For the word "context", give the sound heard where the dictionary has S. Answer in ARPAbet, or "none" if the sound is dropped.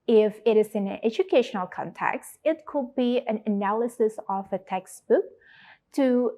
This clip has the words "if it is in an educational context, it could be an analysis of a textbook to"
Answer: S